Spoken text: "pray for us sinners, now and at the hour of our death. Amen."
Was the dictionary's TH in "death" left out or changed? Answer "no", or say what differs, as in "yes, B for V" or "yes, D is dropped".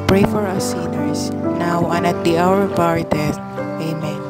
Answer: yes, T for TH